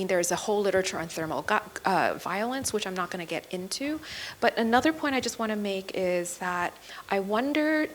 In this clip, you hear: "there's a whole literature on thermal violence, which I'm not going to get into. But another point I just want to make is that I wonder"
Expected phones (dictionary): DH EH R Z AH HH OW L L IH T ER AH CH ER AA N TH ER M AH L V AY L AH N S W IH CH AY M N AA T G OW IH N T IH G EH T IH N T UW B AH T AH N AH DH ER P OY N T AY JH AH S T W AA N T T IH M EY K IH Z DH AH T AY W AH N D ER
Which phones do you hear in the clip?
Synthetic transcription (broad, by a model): DH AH R Z AH HH OW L L IH T ER AH CH ER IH N TH ER M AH V AY L AH N S W IH CH AY M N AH T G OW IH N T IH G EH T IH N T UW B AH T AH N AH DH ER P OY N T AY JH AH S T W AA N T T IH M EY K IH Z DH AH T AY W AH N D ER